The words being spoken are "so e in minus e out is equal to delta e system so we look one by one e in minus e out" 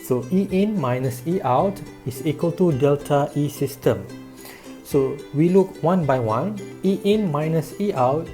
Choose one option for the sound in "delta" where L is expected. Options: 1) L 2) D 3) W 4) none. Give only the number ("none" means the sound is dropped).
1